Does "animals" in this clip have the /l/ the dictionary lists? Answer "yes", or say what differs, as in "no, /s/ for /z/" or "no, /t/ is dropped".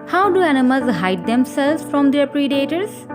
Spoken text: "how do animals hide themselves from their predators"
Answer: no, /l/ is dropped